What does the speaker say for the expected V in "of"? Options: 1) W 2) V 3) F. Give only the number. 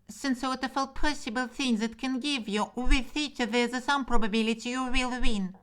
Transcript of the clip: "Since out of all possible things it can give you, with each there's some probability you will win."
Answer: 3